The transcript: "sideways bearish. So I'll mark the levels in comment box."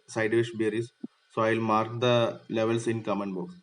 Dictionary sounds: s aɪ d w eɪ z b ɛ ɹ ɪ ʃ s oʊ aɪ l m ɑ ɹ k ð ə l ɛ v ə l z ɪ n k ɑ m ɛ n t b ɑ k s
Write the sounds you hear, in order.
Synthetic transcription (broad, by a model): s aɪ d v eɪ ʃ b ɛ ɹ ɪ s s oʊ aɪ l m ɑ ɹ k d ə l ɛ v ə l s ɪ n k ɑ m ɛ n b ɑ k s